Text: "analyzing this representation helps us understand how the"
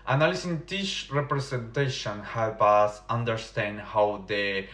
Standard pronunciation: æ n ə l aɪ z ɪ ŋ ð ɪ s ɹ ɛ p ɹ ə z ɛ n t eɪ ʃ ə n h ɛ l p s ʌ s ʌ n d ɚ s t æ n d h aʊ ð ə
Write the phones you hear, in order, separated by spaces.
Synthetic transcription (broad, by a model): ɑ n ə l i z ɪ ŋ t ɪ ʃ ɹ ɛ p ɹ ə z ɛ n t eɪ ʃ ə n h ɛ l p ʌ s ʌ n d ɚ s t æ n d h aʊ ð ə